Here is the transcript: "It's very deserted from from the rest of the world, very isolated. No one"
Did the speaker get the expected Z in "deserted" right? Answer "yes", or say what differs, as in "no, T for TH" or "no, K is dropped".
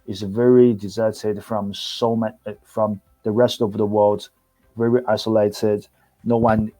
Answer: yes